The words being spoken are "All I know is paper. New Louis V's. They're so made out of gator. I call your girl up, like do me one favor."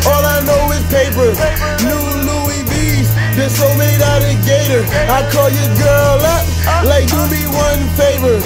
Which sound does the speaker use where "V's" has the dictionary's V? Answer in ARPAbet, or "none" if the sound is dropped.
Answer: B